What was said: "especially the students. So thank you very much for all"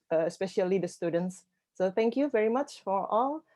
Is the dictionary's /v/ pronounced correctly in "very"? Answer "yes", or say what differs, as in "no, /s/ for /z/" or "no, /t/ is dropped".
yes